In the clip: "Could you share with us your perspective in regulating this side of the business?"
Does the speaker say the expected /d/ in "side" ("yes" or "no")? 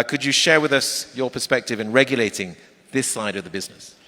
yes